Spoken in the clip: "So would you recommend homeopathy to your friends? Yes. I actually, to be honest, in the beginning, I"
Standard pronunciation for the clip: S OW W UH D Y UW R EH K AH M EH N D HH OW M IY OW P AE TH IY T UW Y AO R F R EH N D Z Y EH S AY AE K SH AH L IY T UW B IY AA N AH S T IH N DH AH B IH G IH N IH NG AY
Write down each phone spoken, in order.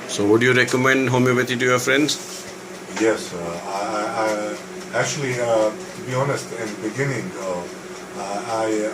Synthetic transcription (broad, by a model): S OW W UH D Y UW R EH K AH M EH N D HH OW M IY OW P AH T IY T UW Y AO F R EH N D S Y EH S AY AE K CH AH L IY T UW B IY AA N AH S T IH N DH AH B IH G IH N IH NG AY